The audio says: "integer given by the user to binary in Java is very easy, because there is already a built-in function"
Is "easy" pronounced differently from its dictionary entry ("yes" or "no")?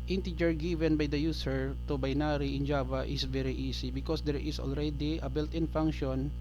yes